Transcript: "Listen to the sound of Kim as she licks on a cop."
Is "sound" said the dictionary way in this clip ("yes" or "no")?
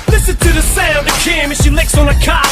no